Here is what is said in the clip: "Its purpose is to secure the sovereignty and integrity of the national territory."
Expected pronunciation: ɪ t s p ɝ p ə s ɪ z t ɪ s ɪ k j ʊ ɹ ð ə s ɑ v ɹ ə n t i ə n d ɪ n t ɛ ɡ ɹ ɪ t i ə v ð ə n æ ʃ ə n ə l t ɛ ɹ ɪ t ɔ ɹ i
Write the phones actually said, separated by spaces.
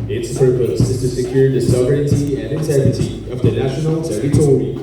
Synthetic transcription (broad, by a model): ɪ t s p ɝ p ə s ɪ z t ɪ s ɪ k j ʊ ɹ ð ə s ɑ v ə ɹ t i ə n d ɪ n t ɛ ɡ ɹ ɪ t i ə v ð ə n æ ʃ ə n ə l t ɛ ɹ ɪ t ɔ ɹ i